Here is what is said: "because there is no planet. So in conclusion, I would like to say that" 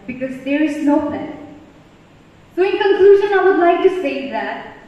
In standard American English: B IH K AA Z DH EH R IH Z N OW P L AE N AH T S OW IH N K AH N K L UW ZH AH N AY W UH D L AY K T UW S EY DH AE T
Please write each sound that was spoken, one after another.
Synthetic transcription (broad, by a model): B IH K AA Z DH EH R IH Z N OW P AE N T S OW IH N K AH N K L UW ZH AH N AY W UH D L AY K T UW S EY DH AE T